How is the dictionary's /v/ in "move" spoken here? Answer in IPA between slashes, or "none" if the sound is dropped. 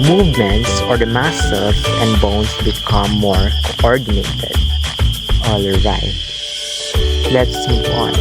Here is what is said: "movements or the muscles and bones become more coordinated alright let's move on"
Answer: /p/